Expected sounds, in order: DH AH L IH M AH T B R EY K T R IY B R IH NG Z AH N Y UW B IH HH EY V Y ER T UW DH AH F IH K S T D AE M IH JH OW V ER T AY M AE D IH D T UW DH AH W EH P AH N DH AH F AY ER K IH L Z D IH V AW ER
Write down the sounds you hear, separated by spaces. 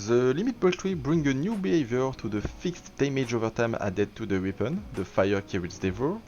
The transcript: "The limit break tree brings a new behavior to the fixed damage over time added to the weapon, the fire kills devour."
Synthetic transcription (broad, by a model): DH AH L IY M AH T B EY T R IY B R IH NG AH N Y UW B IH HH EY V Y ER T UW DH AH F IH K S T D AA M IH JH OW V ER T AY M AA D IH T UW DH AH W EH P AH N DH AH F AY ER K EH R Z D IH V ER